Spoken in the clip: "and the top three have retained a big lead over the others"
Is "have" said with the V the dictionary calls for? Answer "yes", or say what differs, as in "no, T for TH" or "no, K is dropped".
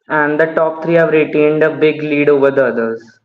yes